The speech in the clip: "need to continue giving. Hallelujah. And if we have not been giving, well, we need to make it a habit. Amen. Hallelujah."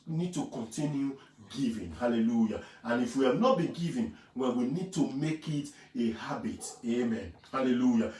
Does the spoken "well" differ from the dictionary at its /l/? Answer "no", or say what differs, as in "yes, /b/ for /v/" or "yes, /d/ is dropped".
yes, /n/ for /l/